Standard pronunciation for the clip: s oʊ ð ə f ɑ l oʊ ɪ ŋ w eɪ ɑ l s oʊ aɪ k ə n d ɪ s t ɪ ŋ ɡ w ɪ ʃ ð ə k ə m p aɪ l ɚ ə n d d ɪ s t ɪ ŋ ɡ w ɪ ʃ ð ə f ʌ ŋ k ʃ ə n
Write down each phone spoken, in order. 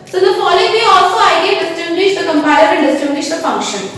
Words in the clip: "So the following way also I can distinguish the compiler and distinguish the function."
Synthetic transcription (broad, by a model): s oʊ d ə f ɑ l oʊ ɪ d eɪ ɑ l s oʊ aɪ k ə d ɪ s t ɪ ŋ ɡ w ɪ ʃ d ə k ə m p aɪ ɚ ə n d d ɪ s t ɪ ŋ ɡ w ɪ ʃ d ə f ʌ ŋ k ʃ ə n